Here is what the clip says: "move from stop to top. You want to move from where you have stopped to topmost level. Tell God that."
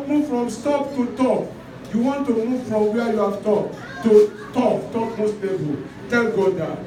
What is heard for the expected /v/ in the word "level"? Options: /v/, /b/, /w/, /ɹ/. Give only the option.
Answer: /b/